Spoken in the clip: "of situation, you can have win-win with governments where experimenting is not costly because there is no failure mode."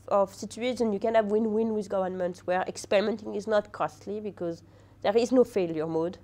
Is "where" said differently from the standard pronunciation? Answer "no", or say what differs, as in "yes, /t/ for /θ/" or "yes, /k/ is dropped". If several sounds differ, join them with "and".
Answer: no